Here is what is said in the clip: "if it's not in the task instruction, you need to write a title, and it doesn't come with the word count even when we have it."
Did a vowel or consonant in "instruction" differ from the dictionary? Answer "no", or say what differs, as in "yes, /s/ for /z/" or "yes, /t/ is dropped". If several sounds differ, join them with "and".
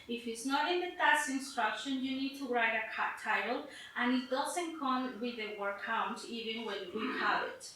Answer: no